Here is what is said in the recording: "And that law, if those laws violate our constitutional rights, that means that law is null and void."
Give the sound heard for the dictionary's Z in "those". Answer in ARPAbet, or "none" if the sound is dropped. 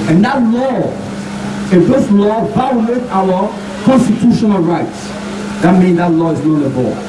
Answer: S